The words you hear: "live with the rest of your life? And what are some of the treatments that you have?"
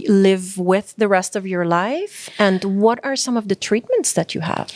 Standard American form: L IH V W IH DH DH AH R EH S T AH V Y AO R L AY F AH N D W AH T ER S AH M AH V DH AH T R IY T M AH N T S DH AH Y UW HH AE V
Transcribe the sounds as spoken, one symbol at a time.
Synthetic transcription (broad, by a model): L IH V W IH DH DH AH R EH S T AH V Y AO R L AY F AH N D W AH T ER S AH M AH V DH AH T R IY T M AH N T S DH AH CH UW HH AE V